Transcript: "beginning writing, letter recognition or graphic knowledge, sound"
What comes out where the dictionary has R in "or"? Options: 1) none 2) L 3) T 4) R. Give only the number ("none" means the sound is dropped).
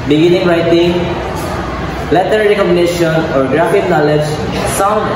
4